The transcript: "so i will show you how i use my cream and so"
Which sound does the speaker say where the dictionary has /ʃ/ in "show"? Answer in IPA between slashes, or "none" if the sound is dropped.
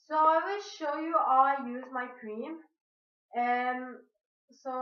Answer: /ʃ/